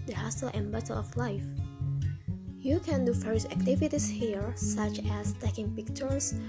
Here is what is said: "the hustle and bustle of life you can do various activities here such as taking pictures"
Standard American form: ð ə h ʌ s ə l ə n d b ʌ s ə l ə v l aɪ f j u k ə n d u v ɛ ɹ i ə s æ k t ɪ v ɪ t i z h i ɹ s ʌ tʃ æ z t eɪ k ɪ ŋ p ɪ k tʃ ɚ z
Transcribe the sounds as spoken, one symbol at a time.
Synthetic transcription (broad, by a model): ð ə h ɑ s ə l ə n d b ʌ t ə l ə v l aɪ f j u k ə n d u f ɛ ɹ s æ k t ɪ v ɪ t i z h i ɹ s ʌ tʃ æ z t eɪ k ɪ ŋ p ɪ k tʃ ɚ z